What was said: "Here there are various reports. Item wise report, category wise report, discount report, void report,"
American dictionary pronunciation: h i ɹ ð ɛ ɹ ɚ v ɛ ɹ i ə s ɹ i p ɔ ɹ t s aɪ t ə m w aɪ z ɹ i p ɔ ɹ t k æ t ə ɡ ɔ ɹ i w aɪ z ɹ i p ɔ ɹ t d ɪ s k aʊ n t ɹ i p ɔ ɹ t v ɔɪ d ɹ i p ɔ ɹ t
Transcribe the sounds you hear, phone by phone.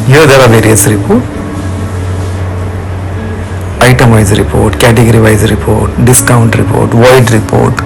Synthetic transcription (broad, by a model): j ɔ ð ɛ ɹ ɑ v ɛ ɹ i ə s ɹ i p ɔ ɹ t aɪ t ə m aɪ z ɹ i p ɔ ɹ t k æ t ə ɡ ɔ ɹ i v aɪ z ɹ i p ɔ ɹ t d ɪ s k aʊ n t ɹ i p ɔ ɹ t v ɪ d ɹ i p ɔ ɹ t